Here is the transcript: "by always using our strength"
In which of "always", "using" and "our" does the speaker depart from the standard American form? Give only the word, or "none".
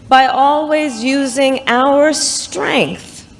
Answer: none